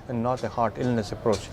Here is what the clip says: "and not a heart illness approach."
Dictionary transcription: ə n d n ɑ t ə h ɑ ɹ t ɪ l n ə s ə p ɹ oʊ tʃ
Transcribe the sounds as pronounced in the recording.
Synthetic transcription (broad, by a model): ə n n ɑ t ə h ɑ ɹ t ɪ l n ə s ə p ɹ oʊ tʃ